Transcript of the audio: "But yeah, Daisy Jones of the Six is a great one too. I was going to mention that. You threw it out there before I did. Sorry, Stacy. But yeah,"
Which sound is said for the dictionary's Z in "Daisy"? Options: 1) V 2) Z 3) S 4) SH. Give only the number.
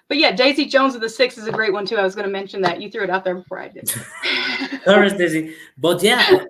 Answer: 2